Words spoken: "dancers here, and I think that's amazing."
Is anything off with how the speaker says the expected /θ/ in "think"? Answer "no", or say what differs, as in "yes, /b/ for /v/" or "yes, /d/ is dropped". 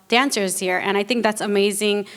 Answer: no